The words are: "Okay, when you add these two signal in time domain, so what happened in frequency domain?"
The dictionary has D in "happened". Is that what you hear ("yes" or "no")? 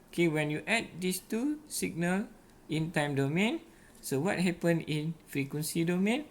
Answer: no